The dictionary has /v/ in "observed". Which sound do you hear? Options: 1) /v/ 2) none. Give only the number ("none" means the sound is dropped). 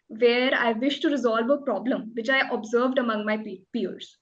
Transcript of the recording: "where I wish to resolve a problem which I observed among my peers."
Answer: 1